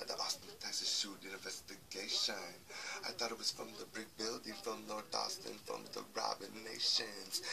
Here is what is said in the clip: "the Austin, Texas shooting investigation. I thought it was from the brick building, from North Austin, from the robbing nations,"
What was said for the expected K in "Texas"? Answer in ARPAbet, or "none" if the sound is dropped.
none